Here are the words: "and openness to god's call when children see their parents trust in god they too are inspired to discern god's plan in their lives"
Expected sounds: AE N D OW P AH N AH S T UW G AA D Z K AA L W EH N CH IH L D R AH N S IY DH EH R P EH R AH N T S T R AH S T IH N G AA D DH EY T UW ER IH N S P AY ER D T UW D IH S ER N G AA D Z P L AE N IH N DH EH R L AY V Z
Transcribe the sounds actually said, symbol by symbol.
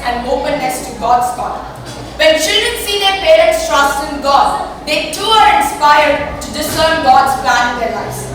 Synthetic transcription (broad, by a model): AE N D OW P AH N AH S T UW G AA D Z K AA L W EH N SH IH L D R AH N S IY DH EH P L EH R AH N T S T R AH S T IH N G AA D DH EY T UW ER IH N S P AY ER D T UW D IH S ER N G AA D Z P L AE N IH N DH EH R L AY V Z